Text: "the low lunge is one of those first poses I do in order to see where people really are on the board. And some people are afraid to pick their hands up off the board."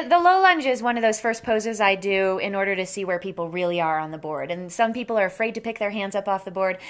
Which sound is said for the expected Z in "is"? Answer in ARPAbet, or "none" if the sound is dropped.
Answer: Z